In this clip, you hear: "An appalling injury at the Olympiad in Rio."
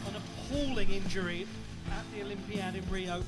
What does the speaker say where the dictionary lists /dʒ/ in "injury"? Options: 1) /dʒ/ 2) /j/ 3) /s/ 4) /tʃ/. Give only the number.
1